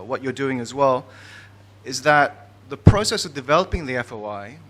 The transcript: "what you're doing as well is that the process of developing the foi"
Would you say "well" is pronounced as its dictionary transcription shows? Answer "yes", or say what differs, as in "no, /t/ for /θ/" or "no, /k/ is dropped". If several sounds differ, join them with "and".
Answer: yes